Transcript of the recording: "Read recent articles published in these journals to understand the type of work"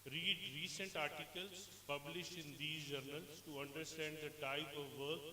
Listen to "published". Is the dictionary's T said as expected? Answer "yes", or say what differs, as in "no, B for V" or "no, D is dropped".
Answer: yes